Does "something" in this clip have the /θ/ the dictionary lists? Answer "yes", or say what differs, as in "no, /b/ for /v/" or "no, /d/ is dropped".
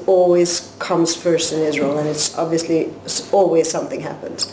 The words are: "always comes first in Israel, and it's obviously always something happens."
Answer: yes